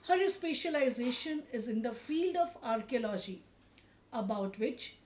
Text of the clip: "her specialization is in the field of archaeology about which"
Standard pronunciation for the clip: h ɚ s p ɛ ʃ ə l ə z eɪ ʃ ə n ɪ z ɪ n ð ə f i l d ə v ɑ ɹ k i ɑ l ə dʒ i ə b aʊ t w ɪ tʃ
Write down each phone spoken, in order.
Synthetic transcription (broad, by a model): h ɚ s p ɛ ʃ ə l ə z eɪ ʃ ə n ɪ z ɪ n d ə f i l d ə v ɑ ɹ k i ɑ l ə dʒ i ə b aʊ t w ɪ tʃ